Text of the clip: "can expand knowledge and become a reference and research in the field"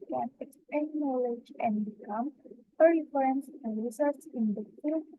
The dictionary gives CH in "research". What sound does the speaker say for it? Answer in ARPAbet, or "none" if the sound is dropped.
S